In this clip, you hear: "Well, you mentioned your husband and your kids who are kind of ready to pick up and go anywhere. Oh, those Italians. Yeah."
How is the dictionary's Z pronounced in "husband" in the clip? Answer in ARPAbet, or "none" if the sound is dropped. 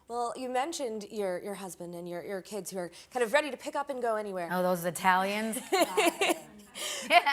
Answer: Z